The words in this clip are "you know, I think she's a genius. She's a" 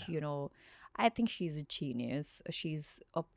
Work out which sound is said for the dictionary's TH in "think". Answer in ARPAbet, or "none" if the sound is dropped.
TH